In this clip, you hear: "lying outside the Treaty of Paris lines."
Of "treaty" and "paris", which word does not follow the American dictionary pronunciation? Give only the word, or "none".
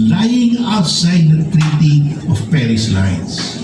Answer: none